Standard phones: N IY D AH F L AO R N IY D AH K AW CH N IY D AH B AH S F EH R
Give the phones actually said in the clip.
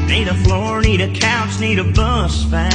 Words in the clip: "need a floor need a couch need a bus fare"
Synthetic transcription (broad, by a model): N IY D AH F L AO R N IY D AH K AW S N IY D AH B AH S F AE